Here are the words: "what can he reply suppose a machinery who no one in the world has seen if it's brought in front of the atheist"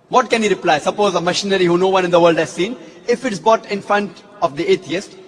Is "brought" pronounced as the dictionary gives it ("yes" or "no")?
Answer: no